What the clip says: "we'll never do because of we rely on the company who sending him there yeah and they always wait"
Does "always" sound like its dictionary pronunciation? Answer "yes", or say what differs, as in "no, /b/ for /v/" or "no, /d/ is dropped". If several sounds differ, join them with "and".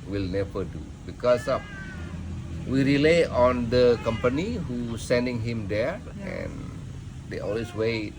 no, /s/ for /z/